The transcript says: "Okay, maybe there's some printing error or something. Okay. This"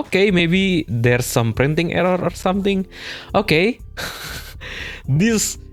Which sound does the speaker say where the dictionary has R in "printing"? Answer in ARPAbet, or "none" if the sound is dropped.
R